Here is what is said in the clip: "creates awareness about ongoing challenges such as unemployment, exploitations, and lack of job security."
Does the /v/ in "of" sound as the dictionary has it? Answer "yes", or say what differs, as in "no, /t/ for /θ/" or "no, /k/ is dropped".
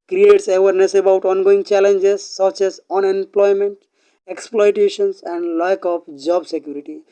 no, /p/ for /v/